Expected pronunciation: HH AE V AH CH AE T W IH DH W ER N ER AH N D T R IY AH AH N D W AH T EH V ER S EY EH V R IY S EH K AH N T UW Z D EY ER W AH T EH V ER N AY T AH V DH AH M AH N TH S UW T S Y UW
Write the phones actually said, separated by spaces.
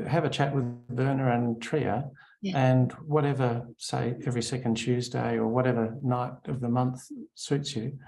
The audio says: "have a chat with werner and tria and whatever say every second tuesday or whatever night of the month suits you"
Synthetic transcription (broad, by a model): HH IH V AH CH AE T W IH DH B ER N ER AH N T R IY AH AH N W AH T EH V ER S EY EH V R IY S EH K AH N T UW Z D EY ER W AH T EH V ER N AY T AH V DH AH M AH N TH S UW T S Y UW